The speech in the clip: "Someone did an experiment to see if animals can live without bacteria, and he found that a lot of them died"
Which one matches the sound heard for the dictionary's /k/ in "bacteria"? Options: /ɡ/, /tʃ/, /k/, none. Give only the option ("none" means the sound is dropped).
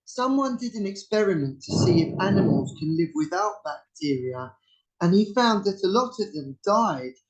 /k/